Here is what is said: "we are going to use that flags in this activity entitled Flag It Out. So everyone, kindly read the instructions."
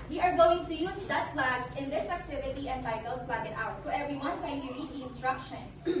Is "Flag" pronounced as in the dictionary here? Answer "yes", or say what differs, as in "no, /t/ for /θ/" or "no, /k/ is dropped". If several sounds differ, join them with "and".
no, /p/ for /f/